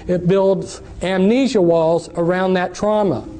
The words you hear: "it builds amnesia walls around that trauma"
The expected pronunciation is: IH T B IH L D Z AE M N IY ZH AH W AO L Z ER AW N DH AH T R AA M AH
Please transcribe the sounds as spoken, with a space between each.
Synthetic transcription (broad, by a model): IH T B IH L D Z AE M N IY ZH AH W AO L Z ER AW N DH AH T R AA M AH